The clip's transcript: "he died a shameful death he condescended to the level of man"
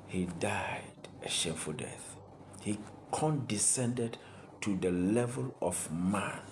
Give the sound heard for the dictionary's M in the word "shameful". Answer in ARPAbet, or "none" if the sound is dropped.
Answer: none